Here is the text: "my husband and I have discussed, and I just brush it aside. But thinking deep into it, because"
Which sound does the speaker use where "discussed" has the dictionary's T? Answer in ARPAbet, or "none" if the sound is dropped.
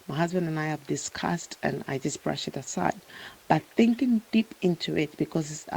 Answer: T